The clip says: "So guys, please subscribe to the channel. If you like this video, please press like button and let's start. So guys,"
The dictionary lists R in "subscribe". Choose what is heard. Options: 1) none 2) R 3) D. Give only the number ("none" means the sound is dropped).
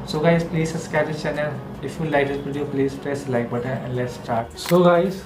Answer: 1